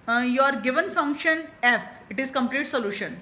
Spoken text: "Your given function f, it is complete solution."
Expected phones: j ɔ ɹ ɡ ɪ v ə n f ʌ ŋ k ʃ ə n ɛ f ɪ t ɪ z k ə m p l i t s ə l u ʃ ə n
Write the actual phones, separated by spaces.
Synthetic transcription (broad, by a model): j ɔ ɹ ɡ ɪ v ə n f ʌ ŋ k ʃ ə n ɛ f ɪ t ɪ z k ə m p l i t s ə l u ʃ ə n